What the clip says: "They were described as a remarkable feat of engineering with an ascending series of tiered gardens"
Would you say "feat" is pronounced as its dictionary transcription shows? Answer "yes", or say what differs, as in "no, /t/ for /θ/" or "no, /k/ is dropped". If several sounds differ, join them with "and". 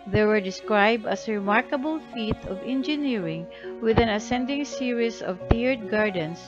yes